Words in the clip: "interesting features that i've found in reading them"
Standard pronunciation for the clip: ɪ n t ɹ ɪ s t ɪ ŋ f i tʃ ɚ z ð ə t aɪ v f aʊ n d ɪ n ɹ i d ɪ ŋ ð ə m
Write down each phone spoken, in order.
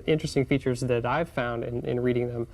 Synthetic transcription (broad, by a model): ɪ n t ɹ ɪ s t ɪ ŋ f i tʃ ɚ z ð ə t aɪ v f aʊ n d ɪ n ɹ i d ɪ ŋ ð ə m